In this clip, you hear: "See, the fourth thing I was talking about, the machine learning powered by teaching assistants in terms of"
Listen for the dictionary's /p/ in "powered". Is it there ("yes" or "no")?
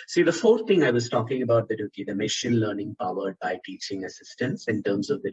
yes